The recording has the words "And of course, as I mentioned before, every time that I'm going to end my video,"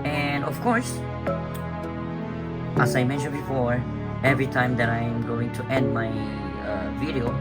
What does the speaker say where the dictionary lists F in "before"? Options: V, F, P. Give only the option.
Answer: F